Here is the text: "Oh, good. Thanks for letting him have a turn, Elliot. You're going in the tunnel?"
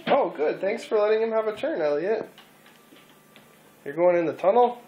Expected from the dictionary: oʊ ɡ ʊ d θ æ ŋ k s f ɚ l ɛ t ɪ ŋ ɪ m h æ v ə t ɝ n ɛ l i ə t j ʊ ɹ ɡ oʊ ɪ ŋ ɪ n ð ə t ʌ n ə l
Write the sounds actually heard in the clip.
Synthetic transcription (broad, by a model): oʊ ɡ ʊ d θ æ ŋ k s f ɚ l ɛ t ɪ ŋ ɪ m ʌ v ə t ɝ n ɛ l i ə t j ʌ ɹ ɡ oʊ ɪ ŋ ɪ n ð ə t ʌ n l